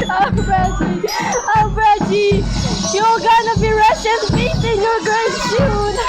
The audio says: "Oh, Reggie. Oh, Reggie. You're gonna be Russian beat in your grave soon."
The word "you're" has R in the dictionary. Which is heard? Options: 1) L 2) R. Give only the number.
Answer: 1